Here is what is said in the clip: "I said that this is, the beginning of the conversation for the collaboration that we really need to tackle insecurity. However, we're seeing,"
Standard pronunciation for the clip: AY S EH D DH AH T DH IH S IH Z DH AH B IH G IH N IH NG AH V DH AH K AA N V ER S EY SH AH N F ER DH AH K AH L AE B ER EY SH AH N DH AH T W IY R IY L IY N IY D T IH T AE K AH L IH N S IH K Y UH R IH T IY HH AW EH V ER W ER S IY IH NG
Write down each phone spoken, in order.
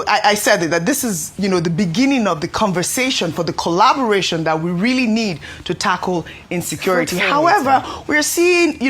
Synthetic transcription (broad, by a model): AY S EH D DH AH T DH IH S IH Z DH AH B IH G IH N IH NG AH V DH AH K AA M V ER S EY SH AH N F ER DH AH K AH L AE B ER EY SH AH N DH AH T W IY R IY L IY N IY D T IH T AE K L IH N S IH K Y UH R IH T IY HH AW EH V ER W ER S IY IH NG